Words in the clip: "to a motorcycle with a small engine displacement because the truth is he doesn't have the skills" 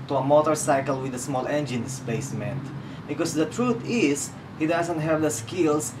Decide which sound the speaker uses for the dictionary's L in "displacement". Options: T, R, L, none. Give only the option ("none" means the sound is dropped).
none